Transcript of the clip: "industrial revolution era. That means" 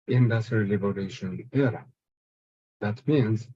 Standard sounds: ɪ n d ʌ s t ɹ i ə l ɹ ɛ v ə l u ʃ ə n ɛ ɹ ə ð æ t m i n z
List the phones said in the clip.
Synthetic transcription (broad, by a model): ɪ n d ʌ s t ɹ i l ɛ b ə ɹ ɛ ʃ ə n ɛ ɹ ə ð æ t m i n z